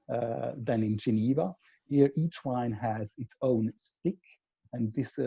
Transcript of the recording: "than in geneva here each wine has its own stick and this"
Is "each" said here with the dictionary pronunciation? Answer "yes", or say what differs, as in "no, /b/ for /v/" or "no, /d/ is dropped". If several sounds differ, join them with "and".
yes